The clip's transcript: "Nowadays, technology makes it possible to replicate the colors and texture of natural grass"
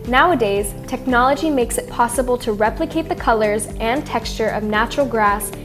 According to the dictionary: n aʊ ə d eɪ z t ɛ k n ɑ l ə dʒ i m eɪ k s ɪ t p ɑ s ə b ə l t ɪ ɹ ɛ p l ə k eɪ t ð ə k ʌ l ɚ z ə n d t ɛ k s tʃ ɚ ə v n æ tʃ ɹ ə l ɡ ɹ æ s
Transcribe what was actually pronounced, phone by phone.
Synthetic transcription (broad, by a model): n aʊ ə d eɪ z t ɛ k n ɑ l ə dʒ i m eɪ k s ɪ t p ɑ s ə b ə l t ɪ ɹ ɛ p l ə k eɪ t ð ə k ʌ l ɚ z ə n t ɛ k s tʃ ɚ ə v n æ tʃ ɹ l ɡ ɹ æ s